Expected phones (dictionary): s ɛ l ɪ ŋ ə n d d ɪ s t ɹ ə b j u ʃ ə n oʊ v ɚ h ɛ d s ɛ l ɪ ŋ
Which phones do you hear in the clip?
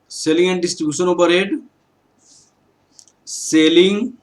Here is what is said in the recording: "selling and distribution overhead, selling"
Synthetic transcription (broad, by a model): s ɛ l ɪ ŋ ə n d d ɪ s t ɹ ə b j u ʃ ə n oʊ p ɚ ɛ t s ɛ l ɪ ŋ